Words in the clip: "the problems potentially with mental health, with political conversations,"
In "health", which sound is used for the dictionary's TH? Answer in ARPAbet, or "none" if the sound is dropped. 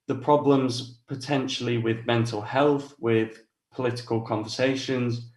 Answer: TH